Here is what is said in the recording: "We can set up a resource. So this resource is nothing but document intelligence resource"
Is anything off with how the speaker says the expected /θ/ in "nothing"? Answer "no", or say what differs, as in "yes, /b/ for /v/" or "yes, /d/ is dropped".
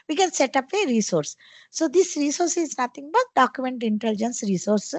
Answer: yes, /t/ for /θ/